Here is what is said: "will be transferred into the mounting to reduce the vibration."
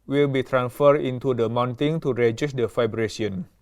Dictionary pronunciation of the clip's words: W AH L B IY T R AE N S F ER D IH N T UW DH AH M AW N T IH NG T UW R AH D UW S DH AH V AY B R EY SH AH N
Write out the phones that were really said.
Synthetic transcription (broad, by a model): W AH L B IY T R AE N S F ER D IH N T UW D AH M AW N T IH NG T UW R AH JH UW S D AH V AY B R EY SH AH N